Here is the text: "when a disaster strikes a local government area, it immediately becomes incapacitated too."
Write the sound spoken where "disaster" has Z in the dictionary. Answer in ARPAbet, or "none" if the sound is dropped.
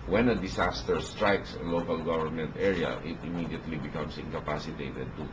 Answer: S